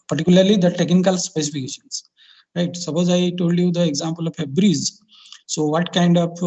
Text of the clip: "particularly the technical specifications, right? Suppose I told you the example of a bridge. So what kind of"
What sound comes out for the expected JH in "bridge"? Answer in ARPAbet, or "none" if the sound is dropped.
Z